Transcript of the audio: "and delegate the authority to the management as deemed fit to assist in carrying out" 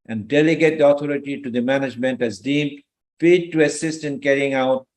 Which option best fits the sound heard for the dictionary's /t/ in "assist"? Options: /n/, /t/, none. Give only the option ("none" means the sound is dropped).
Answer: /t/